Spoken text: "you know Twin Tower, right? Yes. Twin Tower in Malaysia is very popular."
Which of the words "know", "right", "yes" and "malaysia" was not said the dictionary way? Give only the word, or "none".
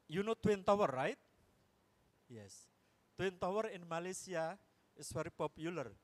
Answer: malaysia